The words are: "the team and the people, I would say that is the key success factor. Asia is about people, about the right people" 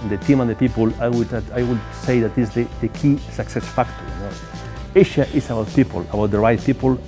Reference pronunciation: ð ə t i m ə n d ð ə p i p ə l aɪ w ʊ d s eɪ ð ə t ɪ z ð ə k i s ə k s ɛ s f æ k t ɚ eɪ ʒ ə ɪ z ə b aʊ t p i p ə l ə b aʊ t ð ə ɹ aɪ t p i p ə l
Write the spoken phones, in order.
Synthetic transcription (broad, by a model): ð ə t i m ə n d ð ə p i p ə l aɪ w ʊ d s eɪ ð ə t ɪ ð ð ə k i s ə k s ɛ s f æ k t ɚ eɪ ʃ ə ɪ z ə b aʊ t p i p ə l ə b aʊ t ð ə ɹ aɪ t p i p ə l